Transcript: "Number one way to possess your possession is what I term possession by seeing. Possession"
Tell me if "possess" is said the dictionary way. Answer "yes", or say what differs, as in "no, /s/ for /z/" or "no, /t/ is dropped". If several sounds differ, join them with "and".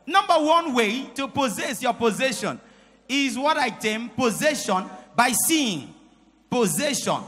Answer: yes